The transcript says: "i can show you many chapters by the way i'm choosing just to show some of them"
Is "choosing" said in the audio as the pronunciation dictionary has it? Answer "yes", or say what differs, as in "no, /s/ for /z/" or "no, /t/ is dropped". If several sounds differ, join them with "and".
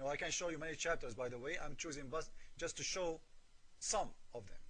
yes